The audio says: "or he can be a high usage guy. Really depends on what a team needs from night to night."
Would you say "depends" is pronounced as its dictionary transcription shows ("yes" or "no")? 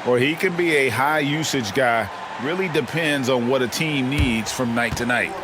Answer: yes